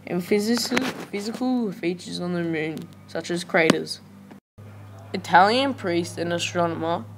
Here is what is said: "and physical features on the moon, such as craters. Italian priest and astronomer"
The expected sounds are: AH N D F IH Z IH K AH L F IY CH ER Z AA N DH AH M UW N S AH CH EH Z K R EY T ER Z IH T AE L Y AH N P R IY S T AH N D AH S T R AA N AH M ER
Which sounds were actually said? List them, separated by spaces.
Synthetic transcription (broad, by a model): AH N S F IH Z IH K AH L F IY CH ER Z N DH AH M UW N S AH CH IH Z K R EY T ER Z IH T AE L Y AH N P R IY S T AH N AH S T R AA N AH M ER